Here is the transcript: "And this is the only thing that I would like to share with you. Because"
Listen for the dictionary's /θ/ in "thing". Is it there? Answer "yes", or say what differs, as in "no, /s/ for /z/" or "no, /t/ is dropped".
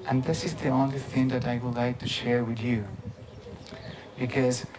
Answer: yes